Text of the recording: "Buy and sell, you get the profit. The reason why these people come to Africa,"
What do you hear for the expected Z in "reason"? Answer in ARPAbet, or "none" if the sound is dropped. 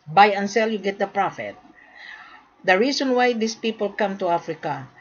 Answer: S